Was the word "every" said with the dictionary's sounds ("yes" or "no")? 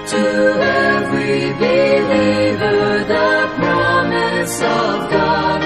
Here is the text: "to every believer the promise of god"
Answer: no